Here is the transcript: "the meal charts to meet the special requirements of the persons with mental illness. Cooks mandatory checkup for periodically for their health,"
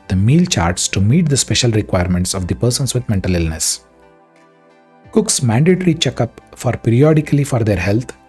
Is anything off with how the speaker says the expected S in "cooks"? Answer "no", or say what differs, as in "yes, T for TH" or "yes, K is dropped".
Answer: no